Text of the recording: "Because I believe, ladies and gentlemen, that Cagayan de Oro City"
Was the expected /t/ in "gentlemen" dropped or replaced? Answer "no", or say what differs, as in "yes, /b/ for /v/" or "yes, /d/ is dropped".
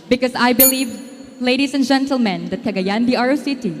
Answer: no